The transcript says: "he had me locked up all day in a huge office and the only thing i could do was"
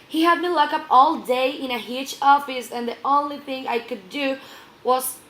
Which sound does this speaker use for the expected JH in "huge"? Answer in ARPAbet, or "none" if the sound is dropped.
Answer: CH